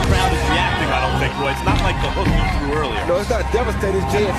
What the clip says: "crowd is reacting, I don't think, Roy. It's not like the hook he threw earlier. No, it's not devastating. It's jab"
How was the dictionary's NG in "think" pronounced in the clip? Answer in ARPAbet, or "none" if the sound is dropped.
none